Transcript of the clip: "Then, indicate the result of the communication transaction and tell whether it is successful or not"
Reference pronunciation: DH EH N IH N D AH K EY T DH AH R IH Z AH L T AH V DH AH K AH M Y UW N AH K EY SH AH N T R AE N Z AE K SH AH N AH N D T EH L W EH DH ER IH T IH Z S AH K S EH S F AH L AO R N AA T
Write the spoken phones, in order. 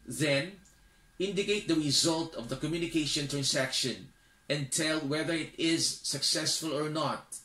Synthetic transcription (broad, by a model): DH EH N IH N D AH K EY T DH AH R IH Z AH L T AH V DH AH K AH M Y UW N AH K EY SH AH N T R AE N S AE K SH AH N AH N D T EH L W EH DH ER IH T IH Z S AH K S EH S F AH L AO R N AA T